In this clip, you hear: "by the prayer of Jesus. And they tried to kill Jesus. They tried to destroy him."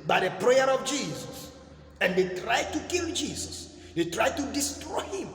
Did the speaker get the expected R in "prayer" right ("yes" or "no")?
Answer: yes